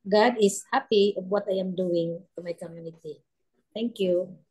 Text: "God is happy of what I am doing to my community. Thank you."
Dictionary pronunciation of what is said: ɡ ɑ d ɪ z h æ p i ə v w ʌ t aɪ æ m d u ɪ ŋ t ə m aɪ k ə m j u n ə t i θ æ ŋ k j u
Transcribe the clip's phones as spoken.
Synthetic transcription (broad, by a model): ɡ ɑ d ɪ s h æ p i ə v w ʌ t aɪ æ m d u ɪ ŋ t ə m aɪ k ə m j u n ə t i t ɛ ŋ k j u